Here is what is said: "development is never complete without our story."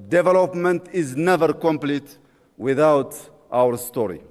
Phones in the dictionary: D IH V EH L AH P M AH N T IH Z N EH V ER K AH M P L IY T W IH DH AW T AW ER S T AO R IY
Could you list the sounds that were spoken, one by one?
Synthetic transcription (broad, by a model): D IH V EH L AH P M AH N T IH Z N EH V ER K AH M P L IY T W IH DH AW T AW ER S T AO R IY